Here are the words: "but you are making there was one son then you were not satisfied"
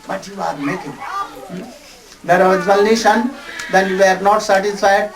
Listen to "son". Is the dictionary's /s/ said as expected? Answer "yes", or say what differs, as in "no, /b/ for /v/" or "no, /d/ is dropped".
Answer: no, /ʃ/ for /s/